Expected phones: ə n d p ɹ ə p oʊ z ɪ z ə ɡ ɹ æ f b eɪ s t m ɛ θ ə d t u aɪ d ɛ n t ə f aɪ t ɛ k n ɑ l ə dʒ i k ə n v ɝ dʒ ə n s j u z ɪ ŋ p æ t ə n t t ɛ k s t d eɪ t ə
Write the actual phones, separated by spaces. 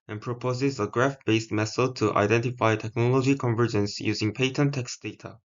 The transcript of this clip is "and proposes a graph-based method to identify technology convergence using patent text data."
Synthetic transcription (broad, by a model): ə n p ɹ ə p oʊ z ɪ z ə ɡ ɹ æ f b eɪ s t m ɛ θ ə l t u aɪ d ɛ n t ə f aɪ t ɛ k n ɑ l ə dʒ i k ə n v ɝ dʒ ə n s j u z ɪ ŋ p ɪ t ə n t t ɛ k s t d eɪ t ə